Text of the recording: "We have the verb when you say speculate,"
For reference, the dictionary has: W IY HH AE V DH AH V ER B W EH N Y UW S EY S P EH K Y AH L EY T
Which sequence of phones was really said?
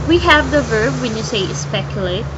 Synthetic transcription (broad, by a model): W IY HH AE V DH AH V ER B W EH N Y UW S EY S P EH K Y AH L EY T